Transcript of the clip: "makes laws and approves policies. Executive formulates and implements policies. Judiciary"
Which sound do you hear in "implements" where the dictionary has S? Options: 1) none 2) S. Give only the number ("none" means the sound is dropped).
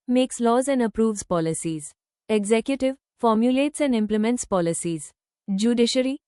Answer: 2